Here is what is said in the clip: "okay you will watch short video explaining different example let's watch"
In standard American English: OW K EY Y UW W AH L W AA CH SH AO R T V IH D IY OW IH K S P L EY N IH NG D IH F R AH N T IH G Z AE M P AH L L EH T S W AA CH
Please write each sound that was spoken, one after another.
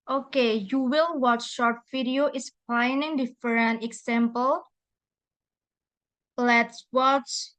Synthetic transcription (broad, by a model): OW K EY Y UW W AH L W AA CH SH AO R T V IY D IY OW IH S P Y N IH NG D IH F R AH N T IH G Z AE M P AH L L EH T S W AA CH